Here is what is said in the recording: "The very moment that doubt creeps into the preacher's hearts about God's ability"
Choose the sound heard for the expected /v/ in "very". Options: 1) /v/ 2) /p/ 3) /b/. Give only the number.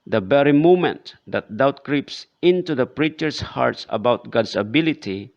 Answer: 3